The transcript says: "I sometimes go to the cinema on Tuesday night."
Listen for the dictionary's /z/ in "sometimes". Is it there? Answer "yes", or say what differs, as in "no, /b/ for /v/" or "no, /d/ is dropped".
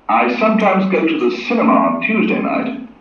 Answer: yes